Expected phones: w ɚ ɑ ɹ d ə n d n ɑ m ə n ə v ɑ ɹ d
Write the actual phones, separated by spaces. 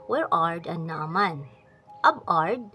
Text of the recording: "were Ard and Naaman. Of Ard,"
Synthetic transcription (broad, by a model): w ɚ ɑ ɹ d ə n n ɑ m ə n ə b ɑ ɹ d